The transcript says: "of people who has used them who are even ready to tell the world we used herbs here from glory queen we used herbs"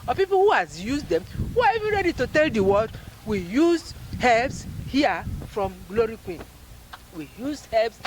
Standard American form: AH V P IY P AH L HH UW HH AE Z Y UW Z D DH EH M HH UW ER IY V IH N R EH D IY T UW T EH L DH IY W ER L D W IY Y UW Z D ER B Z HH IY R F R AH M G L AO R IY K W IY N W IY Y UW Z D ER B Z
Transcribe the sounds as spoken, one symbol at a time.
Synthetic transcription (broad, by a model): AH P IY P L HH UW HH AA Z Y UW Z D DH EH M HH UW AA IY V IH N R EH D IY T UW T EH L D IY W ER D W IY Y UW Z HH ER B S HH IY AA F R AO M G L AO R IY K W IY N W IY Y UW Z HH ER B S